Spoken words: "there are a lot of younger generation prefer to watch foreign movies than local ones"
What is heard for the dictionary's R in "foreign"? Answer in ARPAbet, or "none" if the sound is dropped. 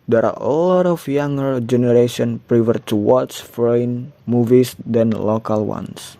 none